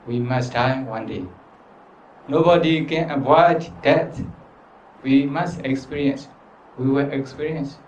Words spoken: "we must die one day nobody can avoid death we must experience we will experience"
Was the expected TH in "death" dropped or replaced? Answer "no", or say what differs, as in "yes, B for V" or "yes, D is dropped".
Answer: yes, T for TH